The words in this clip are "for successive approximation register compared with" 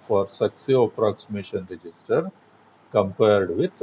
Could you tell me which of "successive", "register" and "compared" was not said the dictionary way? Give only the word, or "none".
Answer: successive